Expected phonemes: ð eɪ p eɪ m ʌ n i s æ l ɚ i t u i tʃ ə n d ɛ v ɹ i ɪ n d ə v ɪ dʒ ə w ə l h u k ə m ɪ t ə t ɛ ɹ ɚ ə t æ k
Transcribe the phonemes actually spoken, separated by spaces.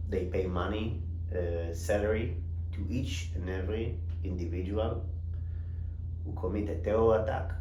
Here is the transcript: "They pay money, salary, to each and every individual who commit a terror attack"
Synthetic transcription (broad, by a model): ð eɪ p eɪ m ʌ n i s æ l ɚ i t u i tʃ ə n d ɛ v ɹ i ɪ n d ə v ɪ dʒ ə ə l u k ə m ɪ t ə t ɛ ɔ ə t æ k